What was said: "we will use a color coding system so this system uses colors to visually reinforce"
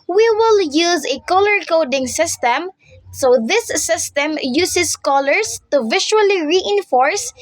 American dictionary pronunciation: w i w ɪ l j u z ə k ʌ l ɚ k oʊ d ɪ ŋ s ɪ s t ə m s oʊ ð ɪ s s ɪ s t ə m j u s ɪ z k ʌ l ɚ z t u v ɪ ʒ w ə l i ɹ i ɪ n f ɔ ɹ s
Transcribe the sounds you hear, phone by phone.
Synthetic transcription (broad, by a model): w i w ɪ l j u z ə k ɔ l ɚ k oʊ d ɪ ŋ s ɪ s t ə m s oʊ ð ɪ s s ɪ s t ə m j u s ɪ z k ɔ l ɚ s t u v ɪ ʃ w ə l i ɹ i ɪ n f ɔ ɹ s